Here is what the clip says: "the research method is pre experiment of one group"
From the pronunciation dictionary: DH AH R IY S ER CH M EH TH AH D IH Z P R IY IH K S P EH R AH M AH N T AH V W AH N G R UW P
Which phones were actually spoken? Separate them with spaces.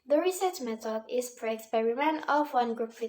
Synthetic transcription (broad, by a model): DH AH R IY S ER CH M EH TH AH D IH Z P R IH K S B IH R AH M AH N AH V W AH N G R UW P